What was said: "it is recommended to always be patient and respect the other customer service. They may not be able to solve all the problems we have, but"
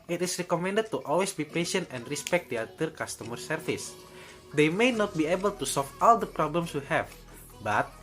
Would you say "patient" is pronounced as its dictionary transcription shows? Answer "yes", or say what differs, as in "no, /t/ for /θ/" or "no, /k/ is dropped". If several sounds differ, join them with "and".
yes